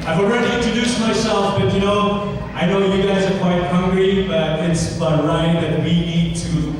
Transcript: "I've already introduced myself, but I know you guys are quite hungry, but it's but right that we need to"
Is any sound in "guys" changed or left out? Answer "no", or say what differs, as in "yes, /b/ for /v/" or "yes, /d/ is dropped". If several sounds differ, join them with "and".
no